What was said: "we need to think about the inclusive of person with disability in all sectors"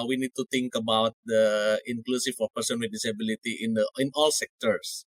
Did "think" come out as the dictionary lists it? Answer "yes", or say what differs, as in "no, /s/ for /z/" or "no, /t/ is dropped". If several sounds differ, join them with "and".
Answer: no, /t/ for /θ/